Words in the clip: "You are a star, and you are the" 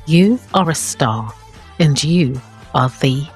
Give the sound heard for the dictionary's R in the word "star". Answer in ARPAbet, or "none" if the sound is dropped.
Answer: L